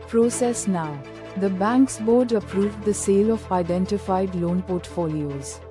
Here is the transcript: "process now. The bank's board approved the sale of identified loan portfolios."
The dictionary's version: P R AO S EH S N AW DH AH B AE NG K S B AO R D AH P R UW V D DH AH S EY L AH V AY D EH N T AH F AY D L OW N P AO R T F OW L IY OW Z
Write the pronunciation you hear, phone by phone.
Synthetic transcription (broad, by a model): P R AO S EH S N AW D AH B AE NG K S B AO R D AH P R UW V D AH S EY L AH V AY D EH N T AH F AY D L OW N P AO R T F OW L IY OW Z